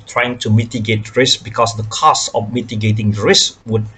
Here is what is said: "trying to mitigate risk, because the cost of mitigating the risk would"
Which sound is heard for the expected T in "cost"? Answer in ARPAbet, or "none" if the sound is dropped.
none